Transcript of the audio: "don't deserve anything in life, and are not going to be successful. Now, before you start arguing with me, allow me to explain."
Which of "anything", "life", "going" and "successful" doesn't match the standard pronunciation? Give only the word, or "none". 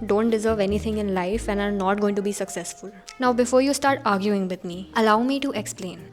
anything